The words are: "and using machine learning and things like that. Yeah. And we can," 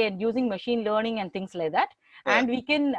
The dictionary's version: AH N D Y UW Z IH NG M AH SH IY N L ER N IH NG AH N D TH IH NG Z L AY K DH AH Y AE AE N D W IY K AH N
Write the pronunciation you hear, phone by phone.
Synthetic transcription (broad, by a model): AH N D Y UW Z IH NG M AH SH IY N L ER N IH NG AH N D T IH NG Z L AY K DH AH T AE AE N D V IY K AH N